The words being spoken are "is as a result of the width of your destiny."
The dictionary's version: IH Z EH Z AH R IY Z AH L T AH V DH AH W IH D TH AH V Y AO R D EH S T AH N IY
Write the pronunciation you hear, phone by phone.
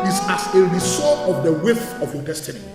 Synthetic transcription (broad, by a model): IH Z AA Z AH R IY S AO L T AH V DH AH W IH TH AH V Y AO D EH S T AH N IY